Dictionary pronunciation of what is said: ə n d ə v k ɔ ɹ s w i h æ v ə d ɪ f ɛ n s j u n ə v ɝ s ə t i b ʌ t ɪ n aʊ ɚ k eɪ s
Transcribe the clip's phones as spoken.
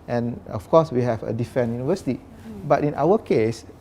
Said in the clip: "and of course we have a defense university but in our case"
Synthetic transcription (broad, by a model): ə n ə f k ɔ s w i h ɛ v ə d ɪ f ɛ n j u n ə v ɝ s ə t i b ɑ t ɪ n aʊ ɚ k eɪ s